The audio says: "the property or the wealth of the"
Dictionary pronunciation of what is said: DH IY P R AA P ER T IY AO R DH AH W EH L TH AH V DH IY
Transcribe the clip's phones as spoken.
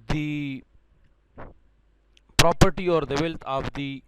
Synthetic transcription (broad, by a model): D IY P R AA P ER T IY AO R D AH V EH L T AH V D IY